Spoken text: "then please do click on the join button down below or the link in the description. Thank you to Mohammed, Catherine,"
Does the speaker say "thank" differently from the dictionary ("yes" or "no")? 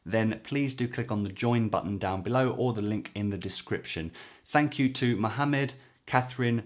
no